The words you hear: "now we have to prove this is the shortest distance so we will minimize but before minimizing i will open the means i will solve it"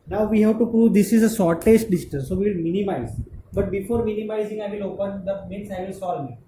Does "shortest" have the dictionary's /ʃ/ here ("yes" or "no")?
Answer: no